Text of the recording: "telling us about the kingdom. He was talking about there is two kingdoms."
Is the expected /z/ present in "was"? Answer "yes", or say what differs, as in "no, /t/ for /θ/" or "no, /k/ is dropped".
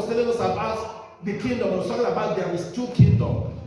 no, /s/ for /z/